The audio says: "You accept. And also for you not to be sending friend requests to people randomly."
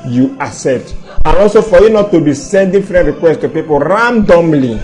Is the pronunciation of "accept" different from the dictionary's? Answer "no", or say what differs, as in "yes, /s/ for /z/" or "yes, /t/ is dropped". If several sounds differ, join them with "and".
yes, /k/ is dropped